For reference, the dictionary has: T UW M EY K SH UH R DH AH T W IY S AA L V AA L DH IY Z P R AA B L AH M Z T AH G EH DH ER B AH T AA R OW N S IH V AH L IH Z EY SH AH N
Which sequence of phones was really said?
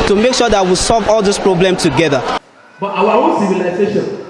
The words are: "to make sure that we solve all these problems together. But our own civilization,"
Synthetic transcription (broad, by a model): T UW M EY K SH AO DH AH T W IY S AA L V AA L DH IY S P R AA B L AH M T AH G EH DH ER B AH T AA W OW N S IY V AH L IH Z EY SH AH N